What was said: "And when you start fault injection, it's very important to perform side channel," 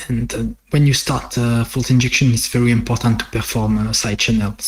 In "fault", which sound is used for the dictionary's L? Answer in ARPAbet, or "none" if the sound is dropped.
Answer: L